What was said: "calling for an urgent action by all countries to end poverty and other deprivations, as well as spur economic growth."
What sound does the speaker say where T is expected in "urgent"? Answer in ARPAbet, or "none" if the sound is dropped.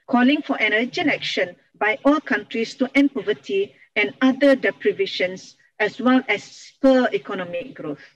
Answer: none